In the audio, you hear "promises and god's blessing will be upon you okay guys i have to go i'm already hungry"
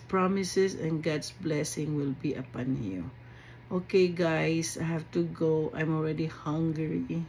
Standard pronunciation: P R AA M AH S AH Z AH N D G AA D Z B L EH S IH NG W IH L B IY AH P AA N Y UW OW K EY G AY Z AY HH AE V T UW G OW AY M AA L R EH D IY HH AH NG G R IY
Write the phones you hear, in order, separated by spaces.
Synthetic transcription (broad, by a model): P R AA M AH S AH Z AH N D G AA D S B L EH S IH NG W IH L B IY AH P AA N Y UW OW K EY G AY S AY HH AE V T UW G OW AY M AA L R EH D IY HH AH NG G R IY